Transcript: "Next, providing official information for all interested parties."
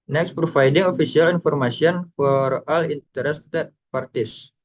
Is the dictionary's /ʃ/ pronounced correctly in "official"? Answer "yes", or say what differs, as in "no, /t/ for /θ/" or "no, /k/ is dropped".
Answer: no, /s/ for /ʃ/